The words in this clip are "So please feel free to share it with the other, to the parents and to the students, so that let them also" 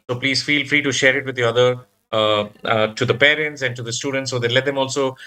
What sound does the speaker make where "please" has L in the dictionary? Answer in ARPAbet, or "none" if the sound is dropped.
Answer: L